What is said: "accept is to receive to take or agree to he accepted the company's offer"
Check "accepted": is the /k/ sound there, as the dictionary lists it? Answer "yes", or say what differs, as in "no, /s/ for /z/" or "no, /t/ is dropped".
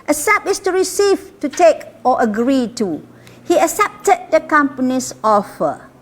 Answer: no, /k/ is dropped